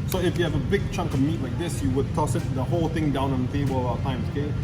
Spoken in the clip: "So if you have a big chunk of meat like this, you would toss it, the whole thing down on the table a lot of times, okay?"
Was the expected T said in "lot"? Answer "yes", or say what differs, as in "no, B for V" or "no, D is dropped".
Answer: no, T is dropped